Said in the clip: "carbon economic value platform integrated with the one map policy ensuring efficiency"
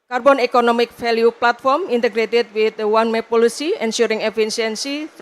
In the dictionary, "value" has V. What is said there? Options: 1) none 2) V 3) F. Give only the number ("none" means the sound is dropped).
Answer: 3